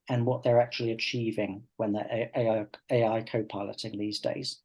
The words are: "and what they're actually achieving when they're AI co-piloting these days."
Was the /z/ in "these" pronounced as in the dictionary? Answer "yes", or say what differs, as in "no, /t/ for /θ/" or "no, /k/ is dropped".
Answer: yes